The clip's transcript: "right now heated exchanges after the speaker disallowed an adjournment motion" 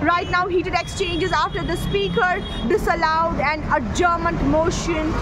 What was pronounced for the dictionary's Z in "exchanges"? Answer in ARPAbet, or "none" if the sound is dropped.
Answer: Z